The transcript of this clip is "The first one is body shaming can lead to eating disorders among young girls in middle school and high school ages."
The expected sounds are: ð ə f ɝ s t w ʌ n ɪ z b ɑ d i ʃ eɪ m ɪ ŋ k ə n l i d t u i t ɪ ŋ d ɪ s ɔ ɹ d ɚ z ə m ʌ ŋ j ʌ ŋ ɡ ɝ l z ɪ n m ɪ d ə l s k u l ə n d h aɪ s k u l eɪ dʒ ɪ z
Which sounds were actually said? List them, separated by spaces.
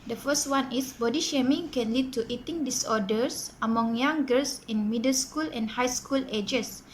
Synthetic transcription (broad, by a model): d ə f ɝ s t w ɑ n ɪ s b ɑ d i ʃ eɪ m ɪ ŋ k ə n l i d t u i t ɪ ŋ d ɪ s ɔ d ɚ s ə m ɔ ŋ j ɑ ŋ ɡ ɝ l s ɪ n m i d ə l s k u l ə n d h aɪ s k u l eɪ dʒ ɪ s